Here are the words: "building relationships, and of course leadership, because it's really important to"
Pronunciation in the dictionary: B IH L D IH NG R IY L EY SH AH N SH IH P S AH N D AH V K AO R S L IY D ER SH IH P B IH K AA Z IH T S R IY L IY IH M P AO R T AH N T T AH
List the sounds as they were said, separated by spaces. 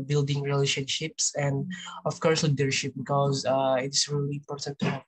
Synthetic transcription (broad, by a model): B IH L D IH NG R IY L EY SH AH N SH IH P S AH N D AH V K AO R S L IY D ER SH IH P B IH K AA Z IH T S R IY L IY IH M P AO R T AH N T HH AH